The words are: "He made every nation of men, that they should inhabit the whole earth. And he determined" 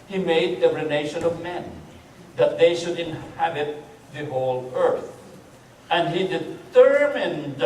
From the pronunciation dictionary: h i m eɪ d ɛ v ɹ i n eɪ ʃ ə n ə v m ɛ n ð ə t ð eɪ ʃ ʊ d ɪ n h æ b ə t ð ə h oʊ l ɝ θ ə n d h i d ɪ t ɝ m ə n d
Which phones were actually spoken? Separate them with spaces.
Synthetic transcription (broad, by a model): h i m eɪ d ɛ ɹ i n eɪ ʃ ə n ə v m ɛ n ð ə t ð eɪ ʃ ʊ d ɪ n h æ b ə t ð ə h oʊ l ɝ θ ə n d h i d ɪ t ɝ m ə n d